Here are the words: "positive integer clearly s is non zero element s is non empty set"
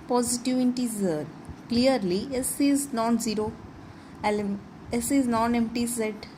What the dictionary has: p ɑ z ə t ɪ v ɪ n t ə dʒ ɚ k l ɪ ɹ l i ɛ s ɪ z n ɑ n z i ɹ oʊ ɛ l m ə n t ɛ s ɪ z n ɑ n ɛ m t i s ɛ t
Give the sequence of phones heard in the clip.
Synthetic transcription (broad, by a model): p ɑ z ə t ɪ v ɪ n t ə z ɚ k l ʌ ɹ l i ɛ s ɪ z n ɑ n z i ɹ oʊ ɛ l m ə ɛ s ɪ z n ɑ n ɛ m t i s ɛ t